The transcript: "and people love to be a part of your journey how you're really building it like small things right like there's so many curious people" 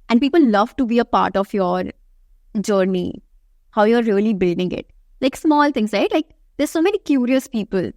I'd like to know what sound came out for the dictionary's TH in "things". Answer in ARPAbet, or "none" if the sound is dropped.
T